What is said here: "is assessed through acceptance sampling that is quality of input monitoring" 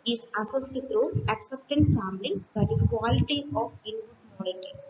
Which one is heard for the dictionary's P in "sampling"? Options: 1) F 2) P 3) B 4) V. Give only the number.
3